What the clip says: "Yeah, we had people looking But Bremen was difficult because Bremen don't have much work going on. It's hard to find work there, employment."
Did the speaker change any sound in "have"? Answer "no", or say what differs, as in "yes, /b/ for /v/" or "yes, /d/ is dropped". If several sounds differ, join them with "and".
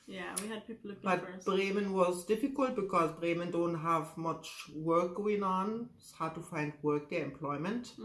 no